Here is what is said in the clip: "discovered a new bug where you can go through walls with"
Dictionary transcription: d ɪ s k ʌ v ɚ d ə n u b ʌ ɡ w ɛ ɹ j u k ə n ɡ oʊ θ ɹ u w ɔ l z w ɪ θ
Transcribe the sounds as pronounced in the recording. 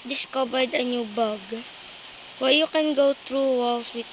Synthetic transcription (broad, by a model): d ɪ s k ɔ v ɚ d ə n u b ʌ ɡ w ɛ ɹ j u k ə n ɡ oʊ t ɹ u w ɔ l s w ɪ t